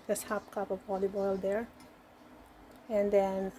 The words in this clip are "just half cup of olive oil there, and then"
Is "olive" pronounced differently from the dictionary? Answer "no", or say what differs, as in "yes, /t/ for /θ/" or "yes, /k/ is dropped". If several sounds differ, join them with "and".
yes, /b/ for /v/